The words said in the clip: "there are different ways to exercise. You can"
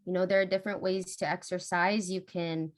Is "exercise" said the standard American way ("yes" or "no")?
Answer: yes